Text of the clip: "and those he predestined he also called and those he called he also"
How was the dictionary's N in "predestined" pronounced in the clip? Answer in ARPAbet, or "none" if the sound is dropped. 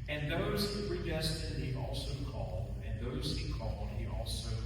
none